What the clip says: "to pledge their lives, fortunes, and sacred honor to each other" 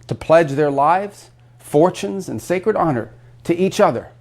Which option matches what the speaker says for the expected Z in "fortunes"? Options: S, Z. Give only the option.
Z